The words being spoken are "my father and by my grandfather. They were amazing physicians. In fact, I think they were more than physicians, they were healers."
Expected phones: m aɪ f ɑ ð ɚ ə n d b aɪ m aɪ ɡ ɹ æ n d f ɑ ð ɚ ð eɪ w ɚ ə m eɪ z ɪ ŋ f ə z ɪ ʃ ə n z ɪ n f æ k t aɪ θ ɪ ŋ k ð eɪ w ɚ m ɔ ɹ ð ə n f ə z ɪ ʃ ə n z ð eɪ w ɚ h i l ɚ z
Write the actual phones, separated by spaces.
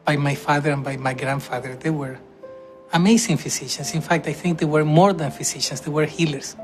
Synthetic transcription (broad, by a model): m aɪ f ɑ ð ɚ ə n b aɪ m aɪ ɡ ɹ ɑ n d f ɑ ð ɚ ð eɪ w ɚ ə m eɪ s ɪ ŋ f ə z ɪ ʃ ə n s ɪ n f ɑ k t aɪ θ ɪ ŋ k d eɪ w ɚ m ɔ ɹ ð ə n f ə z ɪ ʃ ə n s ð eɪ w ɚ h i l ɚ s